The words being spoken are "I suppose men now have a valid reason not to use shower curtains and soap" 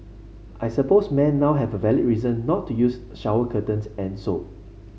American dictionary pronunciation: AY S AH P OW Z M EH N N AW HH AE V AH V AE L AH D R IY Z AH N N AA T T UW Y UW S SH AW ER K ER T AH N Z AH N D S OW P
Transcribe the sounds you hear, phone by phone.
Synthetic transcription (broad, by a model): AY S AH P OW S M EH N N AW HH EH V AH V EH L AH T R IY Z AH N N AA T T UW Y UW S SH AW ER K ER T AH N S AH N S OW